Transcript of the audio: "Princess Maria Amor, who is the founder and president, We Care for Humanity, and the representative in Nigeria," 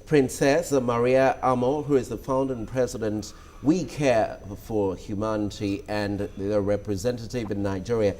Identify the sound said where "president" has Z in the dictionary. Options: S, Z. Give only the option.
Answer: Z